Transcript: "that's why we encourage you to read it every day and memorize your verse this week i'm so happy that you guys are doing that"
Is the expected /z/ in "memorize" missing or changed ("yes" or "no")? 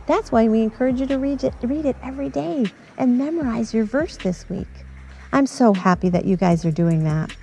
no